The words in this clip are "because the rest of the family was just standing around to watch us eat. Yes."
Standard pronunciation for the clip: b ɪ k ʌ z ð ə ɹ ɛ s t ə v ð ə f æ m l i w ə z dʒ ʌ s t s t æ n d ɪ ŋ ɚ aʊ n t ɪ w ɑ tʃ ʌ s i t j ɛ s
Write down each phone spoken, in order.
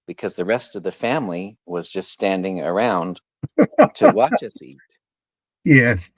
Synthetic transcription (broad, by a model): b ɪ k ʌ z ð ə ɹ ɛ s t ə v ð ə f æ m l i w ə z dʒ ʌ s t s t æ n d ɪ ŋ ɚ aʊ n t ɪ w ɑ tʃ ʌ s i t j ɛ s